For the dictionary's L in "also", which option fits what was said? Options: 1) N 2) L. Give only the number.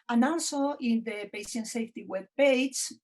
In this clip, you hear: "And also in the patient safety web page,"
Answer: 1